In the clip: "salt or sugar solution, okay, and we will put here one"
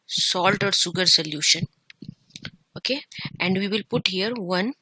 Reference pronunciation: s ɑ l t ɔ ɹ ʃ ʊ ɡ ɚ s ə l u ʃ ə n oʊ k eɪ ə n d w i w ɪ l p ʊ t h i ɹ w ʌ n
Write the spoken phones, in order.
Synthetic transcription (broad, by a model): s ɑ l t ɔ ɹ s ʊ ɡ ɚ s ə l u ʃ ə n oʊ k eɪ ə n d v i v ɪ l p ʊ t h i ɹ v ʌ n